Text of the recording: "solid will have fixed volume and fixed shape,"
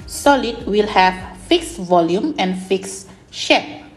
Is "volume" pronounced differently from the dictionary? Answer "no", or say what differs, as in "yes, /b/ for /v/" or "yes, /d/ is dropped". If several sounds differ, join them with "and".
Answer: no